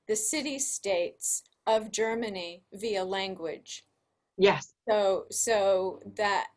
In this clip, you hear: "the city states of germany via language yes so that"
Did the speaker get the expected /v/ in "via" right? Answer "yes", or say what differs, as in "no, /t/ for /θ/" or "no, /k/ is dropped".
yes